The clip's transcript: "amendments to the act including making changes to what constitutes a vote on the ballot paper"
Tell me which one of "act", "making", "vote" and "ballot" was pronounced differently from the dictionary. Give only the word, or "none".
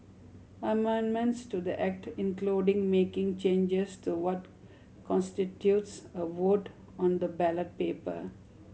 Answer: none